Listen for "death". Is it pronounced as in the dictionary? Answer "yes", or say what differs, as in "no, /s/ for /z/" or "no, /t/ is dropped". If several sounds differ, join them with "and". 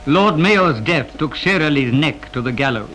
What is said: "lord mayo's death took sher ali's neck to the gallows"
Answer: yes